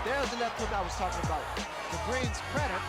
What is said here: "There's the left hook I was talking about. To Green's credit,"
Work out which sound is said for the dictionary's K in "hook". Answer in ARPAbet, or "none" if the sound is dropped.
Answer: none